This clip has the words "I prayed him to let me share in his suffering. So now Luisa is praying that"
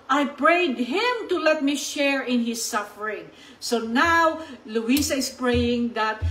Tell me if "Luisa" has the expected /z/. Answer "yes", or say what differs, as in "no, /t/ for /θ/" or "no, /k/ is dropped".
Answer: no, /s/ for /z/